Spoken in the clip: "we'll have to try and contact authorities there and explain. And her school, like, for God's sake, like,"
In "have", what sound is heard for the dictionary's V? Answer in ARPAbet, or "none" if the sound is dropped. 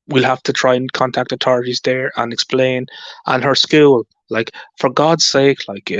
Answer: F